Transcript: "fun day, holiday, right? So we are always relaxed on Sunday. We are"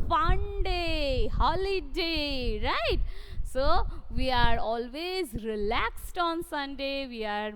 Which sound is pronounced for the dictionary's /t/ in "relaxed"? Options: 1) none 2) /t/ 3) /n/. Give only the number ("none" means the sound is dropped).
2